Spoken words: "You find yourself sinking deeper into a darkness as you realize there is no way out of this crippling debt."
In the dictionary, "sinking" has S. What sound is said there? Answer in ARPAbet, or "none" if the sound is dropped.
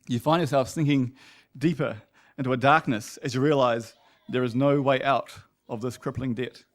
TH